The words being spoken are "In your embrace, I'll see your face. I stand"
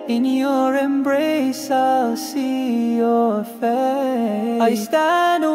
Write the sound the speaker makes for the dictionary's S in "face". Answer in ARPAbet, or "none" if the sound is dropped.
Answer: none